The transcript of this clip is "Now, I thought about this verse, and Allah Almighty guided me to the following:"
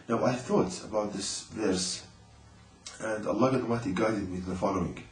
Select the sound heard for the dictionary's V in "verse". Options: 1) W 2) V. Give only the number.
2